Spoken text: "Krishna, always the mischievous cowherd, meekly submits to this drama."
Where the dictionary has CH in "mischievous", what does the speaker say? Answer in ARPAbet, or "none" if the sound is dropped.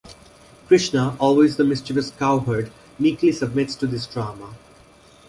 CH